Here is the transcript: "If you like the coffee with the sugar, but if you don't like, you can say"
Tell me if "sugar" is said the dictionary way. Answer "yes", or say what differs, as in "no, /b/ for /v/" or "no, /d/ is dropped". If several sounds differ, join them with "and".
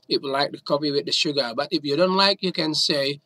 yes